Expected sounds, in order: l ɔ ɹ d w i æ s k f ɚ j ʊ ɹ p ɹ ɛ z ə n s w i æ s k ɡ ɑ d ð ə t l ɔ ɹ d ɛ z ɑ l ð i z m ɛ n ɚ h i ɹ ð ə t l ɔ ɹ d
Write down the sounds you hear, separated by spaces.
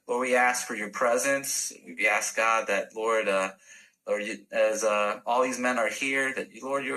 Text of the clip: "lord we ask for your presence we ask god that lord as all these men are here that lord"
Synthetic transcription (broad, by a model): l ɔ ɹ d w i æ s k f ɚ j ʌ ɹ p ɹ ɛ z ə n s w i æ s k ɡ ɑ d ð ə t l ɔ ɹ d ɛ z ɑ l ð i z m ɛ n ɚ h i ɹ ð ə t l ɔ ɹ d